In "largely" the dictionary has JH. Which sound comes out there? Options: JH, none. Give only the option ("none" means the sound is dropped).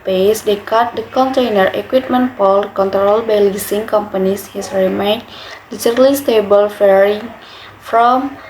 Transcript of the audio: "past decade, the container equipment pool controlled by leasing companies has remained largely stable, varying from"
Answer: none